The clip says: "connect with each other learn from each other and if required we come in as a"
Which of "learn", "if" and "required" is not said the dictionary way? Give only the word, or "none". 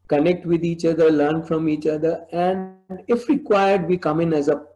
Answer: none